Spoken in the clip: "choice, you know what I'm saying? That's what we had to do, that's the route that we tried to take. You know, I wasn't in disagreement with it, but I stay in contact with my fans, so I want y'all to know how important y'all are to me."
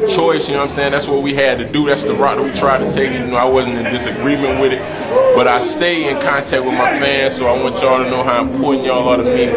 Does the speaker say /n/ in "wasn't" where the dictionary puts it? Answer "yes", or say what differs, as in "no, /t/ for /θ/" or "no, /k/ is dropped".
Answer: yes